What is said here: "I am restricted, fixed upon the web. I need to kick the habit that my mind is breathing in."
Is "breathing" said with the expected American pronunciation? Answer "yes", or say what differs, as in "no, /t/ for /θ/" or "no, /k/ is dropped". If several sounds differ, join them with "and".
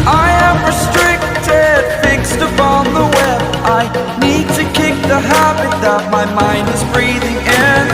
yes